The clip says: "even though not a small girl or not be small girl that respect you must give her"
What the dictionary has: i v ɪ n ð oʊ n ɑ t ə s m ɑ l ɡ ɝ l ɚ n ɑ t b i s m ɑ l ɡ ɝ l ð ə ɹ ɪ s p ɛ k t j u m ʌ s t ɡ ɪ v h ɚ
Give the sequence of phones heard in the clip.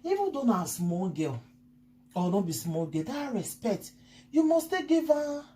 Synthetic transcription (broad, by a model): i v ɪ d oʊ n ɑ s m ɑ l ɡ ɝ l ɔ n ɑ b i s m ɑ l ɡ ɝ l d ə ɹ ɪ s p ɛ k t j u m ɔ s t ɡ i v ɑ